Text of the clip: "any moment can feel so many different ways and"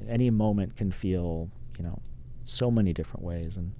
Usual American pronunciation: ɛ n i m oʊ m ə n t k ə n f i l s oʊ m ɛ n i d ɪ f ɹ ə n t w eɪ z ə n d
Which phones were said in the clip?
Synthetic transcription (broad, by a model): ɛ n i m oʊ m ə n k ə n f i l s oʊ m ɛ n i d ɪ f ɹ ə n t w eɪ z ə n